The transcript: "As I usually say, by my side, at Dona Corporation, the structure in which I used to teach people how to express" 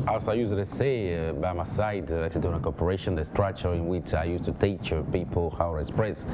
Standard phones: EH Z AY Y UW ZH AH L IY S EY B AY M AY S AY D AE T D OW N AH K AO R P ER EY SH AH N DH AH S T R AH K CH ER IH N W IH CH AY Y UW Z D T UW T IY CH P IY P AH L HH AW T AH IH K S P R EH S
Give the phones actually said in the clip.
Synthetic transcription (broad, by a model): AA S AY Y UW S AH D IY S EY B AY M AY S AY D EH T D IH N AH K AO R P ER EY SH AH N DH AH S T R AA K CH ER IH N W IH CH AY Y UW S T UW T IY CH P IY P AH L HH AW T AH K S P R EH S